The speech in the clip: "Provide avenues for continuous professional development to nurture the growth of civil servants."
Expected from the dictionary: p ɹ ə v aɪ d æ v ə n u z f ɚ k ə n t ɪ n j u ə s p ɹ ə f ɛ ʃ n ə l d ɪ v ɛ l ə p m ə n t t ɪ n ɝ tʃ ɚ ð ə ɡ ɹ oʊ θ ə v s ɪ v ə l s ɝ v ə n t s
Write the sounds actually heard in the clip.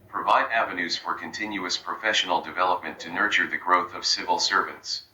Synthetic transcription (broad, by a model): p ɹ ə v aɪ d æ v ə n u z f ɚ k ə n t ɪ n j u ə s p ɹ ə f ɛ ʃ n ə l d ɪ v ɛ l ə p m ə n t t ɪ n ɝ tʃ ɚ ð ə ɡ ɹ oʊ θ ə v s ɪ v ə l s ɝ v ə n t s